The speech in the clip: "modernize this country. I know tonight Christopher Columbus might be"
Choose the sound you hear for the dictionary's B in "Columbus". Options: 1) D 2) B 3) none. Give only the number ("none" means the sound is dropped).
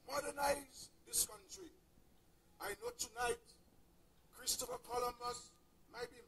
3